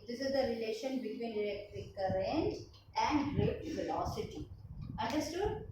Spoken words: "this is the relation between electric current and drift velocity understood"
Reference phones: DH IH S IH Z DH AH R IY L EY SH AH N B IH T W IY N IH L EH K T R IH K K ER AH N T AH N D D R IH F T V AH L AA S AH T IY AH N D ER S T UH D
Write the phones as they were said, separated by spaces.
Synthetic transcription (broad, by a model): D IH S IH Z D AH R IY L EY SH AH N B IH T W IY N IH L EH K T R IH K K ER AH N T AH N D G R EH T V AH L AA S AH T IY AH N D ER S T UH D